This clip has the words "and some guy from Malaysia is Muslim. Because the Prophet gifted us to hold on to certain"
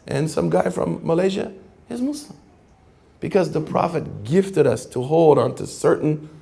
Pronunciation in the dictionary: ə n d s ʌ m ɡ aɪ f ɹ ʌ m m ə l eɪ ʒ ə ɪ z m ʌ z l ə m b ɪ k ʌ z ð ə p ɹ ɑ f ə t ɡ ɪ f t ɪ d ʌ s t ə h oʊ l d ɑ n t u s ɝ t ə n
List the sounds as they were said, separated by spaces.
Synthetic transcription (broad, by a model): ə n s ʌ m ɡ aɪ f ɹ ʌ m m ə l eɪ ʒ ə ɪ z m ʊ s l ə m b ɪ k ʌ z ð ə p ɹ ɑ f ə t ɡ ɪ f t ɪ d ʌ s t ə h oʊ l d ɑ n t u s ɝ t n